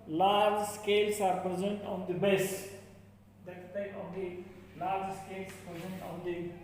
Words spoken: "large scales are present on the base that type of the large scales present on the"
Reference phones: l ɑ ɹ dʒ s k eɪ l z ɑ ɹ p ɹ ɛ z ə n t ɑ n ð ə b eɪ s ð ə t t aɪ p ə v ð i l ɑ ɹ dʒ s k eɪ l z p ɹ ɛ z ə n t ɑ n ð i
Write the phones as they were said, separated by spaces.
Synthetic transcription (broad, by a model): l ɑ ɹ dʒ s k eɪ l s ɑ ɹ p ɹ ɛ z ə n t ɑ n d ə b eɪ s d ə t s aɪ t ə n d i l ɑ ɹ dʒ s k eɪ l s p ɹ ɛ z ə n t ɑ n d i